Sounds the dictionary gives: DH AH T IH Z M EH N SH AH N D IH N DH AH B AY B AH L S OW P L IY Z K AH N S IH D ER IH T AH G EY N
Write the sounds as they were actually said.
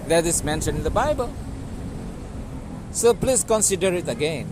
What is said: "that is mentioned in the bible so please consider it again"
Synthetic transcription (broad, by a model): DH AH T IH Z M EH N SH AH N IH N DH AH B AY B AH L S OW P L IY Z K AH N S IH D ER IH T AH G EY N